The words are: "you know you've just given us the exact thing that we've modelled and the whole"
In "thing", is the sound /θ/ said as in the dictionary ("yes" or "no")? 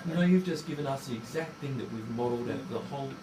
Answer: yes